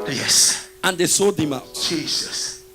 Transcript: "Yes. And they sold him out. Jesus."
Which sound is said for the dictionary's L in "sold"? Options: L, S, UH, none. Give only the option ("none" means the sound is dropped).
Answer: none